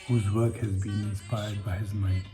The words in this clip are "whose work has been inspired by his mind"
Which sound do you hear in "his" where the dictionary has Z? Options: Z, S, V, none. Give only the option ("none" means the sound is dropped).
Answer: Z